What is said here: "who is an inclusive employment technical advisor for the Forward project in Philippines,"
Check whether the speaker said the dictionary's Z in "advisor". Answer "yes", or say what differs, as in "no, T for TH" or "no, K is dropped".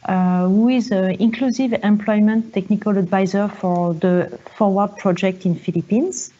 yes